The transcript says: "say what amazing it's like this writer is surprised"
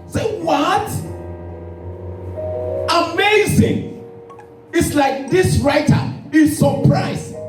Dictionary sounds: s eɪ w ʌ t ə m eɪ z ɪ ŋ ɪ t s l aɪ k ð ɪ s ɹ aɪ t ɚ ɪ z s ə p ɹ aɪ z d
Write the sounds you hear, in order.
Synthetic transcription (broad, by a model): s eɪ w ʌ t ə m eɪ z ɪ ŋ ɪ t s l aɪ k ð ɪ s ɹ aɪ t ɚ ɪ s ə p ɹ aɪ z